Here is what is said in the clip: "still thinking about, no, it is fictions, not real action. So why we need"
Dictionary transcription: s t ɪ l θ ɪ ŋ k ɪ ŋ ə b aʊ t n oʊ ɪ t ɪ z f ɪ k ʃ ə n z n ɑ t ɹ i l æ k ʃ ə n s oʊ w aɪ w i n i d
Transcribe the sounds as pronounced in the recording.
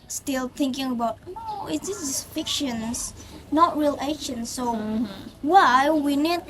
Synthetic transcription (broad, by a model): s t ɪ l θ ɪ ŋ k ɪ ŋ ə b aʊ t n oʊ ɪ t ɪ s f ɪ k ʃ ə n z n ɑ t ɹ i l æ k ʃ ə n s oʊ w aɪ w i n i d